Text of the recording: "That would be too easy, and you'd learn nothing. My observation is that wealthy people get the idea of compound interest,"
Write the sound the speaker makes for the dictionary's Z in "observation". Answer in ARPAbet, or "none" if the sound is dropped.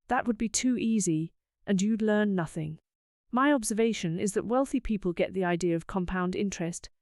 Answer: Z